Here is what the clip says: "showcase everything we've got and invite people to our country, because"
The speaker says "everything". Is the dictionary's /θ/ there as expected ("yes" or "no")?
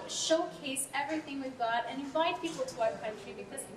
yes